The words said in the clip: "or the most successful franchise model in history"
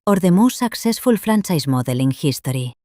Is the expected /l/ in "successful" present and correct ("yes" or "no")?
yes